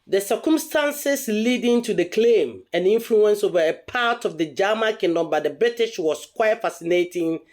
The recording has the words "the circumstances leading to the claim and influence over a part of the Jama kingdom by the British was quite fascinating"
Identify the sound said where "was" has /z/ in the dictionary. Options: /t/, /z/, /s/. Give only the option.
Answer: /s/